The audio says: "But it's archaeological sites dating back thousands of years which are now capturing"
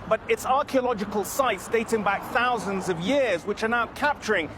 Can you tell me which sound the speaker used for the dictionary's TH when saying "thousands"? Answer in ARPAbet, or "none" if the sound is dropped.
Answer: TH